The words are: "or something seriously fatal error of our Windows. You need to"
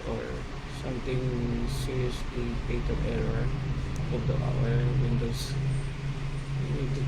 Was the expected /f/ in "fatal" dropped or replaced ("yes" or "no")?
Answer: yes